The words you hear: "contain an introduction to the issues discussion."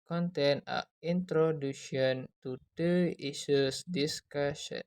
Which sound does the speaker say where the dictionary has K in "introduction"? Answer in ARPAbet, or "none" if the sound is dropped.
none